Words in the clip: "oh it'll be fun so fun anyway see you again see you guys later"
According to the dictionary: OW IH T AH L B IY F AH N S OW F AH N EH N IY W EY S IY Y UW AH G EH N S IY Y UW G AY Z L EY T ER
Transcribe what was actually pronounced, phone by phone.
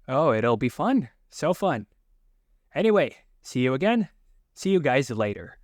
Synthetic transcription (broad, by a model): OW IH T L B IY F AH N S OW F AH N EH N IY W EY S IY Y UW AH G EH N S IY Y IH G AY Z L EY T ER